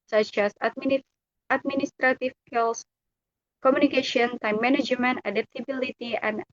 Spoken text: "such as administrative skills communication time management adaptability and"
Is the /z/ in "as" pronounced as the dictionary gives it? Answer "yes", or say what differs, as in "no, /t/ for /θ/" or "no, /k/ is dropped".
no, /s/ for /z/